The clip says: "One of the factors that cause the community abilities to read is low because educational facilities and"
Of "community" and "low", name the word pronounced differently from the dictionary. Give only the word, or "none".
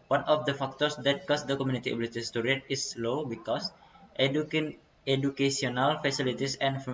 none